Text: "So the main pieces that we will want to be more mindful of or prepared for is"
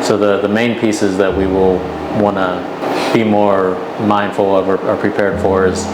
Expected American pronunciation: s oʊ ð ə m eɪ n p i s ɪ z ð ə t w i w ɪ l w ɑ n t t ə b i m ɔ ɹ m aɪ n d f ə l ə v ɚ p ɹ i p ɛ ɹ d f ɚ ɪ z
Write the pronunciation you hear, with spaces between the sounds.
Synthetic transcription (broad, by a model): s oʊ ð ə m eɪ n p i s ɪ z ð ə t w i w ɪ l w ɑ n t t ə b i m ɔ ɹ m aɪ n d f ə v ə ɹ ɚ p ɹ i p ɛ ɹ d f ɚ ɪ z